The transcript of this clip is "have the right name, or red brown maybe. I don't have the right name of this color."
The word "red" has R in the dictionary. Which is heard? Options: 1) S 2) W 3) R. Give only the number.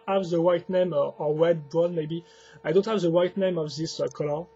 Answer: 2